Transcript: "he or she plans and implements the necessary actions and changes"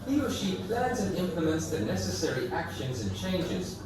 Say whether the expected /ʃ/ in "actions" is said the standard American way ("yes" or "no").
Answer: yes